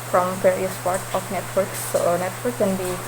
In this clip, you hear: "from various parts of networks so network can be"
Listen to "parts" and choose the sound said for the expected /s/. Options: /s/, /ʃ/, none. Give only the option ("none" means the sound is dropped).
none